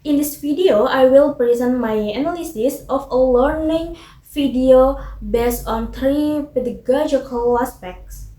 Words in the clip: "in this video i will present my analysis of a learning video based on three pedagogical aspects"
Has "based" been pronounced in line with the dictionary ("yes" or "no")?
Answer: no